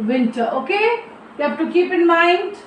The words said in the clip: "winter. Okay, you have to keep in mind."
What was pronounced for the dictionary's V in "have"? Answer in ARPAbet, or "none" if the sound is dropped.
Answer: F